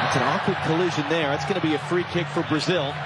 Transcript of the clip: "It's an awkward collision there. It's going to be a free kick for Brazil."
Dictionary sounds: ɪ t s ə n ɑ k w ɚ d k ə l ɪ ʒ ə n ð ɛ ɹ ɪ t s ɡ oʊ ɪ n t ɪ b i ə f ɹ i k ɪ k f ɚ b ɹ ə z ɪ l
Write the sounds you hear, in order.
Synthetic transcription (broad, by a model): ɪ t s ə n ɑ k w ɚ d k ə l ɪ ʒ ə n ð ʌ ɹ ɪ t s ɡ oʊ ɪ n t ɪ b i ə f ɹ i k ɪ k f ɚ b ɹ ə z ɪ l